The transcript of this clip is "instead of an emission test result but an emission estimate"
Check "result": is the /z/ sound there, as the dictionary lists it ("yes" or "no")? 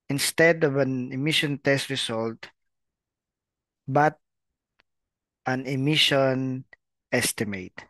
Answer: no